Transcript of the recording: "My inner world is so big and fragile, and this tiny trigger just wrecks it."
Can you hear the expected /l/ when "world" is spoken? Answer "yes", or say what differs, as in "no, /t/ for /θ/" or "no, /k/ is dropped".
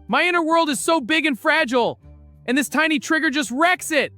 yes